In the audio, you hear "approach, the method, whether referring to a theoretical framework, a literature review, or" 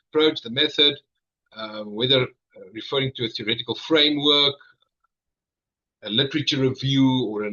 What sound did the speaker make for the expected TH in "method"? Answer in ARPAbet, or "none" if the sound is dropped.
TH